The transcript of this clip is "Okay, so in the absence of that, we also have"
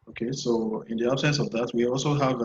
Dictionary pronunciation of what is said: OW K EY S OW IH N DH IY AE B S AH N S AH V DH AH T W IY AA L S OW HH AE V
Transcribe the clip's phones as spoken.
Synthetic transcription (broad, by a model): OW K EY S OW IH N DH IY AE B S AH N S AH V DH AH T W IY AA L S OW HH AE V